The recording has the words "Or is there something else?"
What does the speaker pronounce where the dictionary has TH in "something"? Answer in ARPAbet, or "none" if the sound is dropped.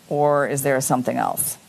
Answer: TH